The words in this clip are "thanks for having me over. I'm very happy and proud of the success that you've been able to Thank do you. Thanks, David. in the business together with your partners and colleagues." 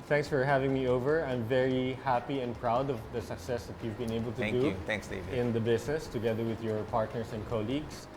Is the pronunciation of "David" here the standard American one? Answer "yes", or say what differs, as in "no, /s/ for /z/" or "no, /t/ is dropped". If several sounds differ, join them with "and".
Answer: no, /v/ is dropped